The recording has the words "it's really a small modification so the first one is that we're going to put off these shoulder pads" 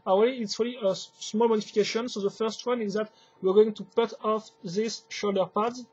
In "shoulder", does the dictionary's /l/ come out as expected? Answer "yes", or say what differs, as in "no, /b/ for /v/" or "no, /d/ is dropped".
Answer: yes